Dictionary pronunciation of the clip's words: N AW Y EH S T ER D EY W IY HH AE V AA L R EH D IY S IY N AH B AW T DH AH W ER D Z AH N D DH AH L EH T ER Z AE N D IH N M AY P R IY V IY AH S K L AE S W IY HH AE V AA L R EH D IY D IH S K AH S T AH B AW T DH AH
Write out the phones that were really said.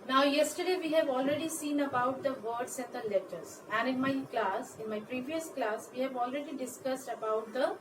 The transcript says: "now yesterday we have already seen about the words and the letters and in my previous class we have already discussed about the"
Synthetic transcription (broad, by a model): N AW Y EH S T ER D EY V IY HH AE V AA L R EH D IY S IY N AH B AW T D AH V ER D S AH N D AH L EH T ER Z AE N D IH N M AY P R IY V IY AH S K L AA S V IY HH AE V AA L R EH D IY D IH S K AH S T AH B AW T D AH